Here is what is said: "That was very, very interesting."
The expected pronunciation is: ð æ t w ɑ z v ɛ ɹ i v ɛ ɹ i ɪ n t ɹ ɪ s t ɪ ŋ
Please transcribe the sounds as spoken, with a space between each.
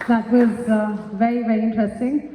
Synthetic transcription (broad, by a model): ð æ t w ɑ z v ɛ ɹ i v ɛ ɹ i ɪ n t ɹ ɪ s t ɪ ŋ